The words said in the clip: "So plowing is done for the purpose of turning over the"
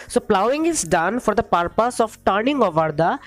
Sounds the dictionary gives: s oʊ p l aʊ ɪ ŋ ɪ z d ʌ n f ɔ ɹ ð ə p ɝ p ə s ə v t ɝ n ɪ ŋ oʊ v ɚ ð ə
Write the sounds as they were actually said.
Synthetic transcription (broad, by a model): s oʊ p l aʊ ɪ ŋ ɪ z d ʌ n f ɔ ɹ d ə p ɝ p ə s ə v t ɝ n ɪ ŋ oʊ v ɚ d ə